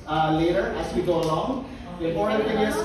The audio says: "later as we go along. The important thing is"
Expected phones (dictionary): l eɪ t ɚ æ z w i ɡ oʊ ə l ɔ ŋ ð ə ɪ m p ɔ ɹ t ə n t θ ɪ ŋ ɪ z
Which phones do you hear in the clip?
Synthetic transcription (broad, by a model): l eɪ t ɚ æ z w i ɡ oʊ ə l ɔ ŋ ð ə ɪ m ɔ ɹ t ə t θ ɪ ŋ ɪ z